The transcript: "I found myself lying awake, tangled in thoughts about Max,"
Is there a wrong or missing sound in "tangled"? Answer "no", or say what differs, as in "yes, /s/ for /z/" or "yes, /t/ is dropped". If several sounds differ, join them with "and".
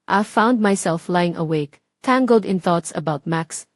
no